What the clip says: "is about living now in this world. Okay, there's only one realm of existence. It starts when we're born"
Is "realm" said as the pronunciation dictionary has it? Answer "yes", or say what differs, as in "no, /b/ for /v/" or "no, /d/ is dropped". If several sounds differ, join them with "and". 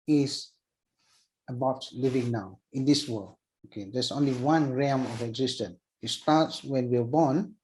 no, /l/ is dropped